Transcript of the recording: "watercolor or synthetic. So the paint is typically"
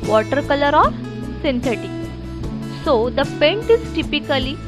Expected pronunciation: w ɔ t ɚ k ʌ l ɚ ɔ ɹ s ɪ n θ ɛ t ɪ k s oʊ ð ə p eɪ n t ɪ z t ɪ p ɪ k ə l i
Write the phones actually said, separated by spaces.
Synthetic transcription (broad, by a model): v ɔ t ɚ k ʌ l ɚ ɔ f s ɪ n t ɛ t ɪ s oʊ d ə p eɪ n t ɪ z t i p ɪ k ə l i